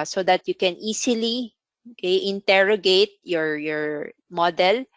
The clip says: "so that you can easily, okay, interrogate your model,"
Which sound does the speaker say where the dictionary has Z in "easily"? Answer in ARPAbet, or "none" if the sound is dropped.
S